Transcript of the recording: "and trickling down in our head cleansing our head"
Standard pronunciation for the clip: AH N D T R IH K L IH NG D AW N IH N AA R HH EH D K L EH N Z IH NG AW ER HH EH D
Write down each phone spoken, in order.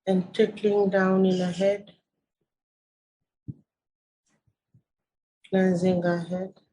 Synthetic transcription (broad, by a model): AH N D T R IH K L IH NG D AW N IH N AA HH EH D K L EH N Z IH NG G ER HH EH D